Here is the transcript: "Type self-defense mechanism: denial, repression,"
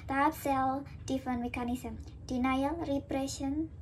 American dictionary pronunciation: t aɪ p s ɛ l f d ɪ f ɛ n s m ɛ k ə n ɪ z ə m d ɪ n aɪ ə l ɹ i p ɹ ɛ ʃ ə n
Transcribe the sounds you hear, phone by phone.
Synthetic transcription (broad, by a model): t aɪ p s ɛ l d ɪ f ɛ n m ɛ k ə n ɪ s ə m d ɪ n aɪ ə l ɹ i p ɹ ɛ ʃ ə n